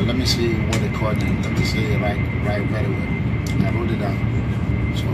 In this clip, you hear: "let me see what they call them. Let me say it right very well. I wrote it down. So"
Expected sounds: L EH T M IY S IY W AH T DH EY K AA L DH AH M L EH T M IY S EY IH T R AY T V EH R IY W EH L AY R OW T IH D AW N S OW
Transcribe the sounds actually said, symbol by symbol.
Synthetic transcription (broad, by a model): L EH T M IY S IY W AH T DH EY K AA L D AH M L EH T M IY S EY IH T R AY T W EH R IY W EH N AY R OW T IH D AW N S OW